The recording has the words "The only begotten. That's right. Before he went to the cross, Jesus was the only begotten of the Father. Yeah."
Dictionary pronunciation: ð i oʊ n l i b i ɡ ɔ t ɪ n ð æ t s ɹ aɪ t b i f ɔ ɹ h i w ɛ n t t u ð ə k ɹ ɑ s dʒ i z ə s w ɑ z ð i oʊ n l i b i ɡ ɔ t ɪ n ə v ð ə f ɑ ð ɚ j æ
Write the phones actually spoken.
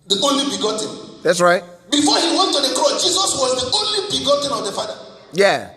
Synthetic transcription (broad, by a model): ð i oʊ n l i b i ɡ ɔ t ɪ n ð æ t s ɹ aɪ t b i f ɔ h i w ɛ n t t u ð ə k ɹ ɑ s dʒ i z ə s w ɑ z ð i oʊ n l i b i ɡ ɔ t ɪ n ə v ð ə f ɑ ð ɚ j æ